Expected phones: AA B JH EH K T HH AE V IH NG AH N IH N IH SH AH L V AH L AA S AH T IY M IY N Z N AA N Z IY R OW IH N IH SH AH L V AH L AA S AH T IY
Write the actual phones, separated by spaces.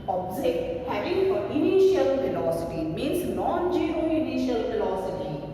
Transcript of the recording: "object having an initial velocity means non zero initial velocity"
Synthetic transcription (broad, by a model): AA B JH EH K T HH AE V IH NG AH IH N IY SH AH L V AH L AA S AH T IY M IY N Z N AA N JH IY OW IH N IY SH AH L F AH L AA S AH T IY